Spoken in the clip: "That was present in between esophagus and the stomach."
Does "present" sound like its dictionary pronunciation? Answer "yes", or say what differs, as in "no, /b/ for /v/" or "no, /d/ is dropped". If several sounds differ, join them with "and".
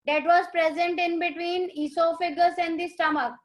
yes